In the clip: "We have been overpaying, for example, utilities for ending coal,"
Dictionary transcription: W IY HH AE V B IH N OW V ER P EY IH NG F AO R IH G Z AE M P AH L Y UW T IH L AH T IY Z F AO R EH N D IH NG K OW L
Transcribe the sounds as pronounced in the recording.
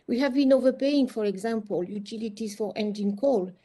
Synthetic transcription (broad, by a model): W IY HH AE V B IH N OW V ER P EY IH NG F AO R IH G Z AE M P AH L Y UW T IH L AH T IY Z F AO R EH N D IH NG K OW L